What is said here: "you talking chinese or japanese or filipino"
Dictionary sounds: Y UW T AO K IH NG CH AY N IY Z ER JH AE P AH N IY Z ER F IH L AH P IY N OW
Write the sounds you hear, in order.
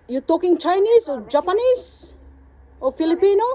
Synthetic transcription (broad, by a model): Y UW T AO K IH NG CH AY N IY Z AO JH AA P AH N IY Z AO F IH L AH P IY N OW